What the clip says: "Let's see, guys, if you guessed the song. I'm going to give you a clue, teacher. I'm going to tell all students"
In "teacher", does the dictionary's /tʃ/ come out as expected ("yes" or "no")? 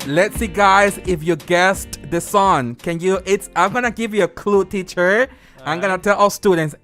yes